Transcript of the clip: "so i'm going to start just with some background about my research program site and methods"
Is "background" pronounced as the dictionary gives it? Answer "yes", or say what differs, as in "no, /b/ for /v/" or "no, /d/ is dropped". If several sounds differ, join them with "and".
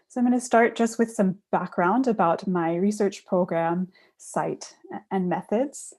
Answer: yes